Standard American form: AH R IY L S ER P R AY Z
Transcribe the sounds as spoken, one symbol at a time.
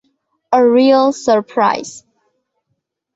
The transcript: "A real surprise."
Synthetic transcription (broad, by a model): AH R IY L S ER P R AY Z